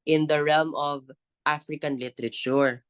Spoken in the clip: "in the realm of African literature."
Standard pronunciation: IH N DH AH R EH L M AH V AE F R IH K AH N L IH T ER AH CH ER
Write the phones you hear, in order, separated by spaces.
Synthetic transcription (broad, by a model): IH N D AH R EH L M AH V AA F R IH K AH N L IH T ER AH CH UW